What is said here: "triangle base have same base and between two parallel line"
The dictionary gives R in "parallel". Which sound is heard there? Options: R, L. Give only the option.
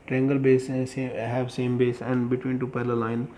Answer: L